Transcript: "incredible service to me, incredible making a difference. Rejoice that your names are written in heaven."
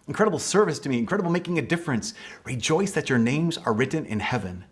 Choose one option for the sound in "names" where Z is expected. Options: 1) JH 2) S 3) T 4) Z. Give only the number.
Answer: 4